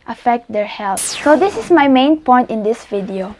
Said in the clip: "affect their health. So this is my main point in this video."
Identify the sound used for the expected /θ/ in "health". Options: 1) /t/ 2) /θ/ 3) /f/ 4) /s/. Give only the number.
4